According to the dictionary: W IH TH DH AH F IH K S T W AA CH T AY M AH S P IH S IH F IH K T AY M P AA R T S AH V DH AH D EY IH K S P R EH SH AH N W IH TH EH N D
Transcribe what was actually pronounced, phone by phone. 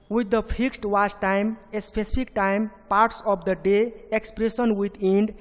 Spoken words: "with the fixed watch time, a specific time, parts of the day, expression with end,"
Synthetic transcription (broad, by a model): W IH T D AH P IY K S T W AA S T AY M AH S P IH S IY P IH K T AY M P AA R T S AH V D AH D EY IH K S P R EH S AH N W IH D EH N D